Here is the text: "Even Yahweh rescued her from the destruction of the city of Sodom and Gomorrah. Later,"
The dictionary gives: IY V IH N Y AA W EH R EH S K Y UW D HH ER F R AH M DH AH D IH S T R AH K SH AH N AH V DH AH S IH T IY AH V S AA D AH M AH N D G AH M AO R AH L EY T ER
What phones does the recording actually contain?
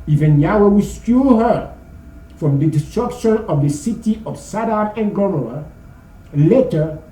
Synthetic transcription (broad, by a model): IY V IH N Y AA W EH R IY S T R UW HH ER F R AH M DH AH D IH S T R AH K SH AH N AH V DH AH S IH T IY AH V S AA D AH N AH N G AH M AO AH L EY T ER